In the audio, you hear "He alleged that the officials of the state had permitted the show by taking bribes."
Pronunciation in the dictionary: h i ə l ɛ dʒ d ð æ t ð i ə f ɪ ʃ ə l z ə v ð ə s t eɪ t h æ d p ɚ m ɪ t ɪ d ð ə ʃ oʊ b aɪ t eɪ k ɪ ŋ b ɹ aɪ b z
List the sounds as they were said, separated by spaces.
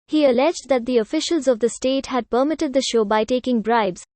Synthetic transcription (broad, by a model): h i ə l ɛ dʒ d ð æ t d i ə f ɪ ʃ ə l z ə v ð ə s t eɪ t h æ d p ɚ m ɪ t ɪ d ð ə ʃ oʊ b aɪ t eɪ k ɪ ŋ b ɹ aɪ b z